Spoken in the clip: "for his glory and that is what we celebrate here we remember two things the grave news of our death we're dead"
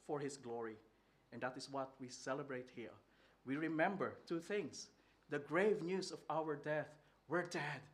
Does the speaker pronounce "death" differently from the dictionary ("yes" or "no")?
no